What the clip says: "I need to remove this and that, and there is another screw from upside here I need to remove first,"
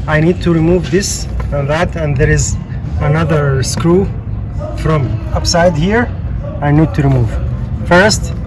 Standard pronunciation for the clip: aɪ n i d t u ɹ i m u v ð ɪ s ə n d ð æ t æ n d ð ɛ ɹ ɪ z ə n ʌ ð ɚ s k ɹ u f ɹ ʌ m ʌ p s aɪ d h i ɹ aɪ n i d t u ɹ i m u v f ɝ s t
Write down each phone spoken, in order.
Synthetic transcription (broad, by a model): aɪ n i d t u ɹ i m u v ð ɪ s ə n ð æ t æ n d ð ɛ ɹ ɪ z ə n ʌ ð ɚ s k ɹ u f ɹ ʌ m ʌ p s aɪ d h i ɹ aɪ n i d t u ɹ i m u v f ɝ s t